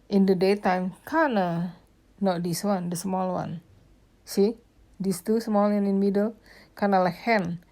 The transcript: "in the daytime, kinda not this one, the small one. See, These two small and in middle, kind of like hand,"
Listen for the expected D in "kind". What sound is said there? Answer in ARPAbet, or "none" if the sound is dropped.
none